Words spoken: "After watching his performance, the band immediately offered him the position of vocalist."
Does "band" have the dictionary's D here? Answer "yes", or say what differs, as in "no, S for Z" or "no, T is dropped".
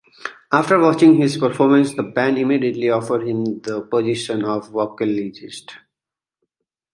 no, D is dropped